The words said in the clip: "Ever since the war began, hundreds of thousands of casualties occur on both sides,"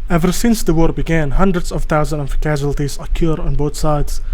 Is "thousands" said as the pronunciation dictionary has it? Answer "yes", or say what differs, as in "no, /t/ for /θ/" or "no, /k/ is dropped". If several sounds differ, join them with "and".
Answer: no, /t/ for /θ/ and /z/ is dropped